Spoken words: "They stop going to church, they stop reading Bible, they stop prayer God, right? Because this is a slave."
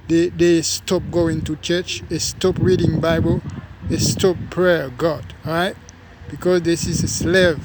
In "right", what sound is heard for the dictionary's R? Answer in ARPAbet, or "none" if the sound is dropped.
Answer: R